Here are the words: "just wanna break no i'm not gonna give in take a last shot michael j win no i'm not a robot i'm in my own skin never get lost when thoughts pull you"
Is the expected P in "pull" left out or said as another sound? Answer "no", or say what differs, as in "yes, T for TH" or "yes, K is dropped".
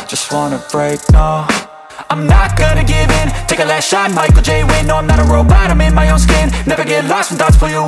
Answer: yes, F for P